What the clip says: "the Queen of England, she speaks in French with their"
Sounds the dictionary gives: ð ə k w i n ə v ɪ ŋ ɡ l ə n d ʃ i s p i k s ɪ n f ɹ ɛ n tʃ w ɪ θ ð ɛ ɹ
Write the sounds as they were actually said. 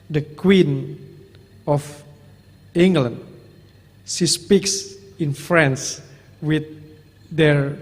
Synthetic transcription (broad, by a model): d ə k w i n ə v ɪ ŋ ɡ l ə n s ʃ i s p i k s ɪ n f ɹ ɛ n s w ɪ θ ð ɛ ɹ